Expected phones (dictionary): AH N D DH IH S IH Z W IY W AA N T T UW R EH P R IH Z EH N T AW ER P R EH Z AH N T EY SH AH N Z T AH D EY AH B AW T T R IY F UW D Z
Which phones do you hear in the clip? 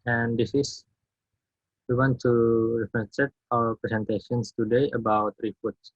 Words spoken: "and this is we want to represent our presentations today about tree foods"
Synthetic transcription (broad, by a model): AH N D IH S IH S W IY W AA N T T UW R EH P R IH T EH T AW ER P R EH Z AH N T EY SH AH N S T AH D EY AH B AW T T R IY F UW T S